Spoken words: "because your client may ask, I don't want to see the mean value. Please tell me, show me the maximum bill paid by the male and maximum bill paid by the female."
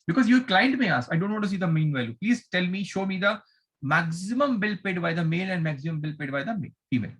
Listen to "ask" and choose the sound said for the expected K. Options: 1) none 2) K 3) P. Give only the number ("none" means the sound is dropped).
1